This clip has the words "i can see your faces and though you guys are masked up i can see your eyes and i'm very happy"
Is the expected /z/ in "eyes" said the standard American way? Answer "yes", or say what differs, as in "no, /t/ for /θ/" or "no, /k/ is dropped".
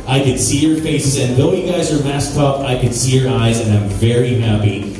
yes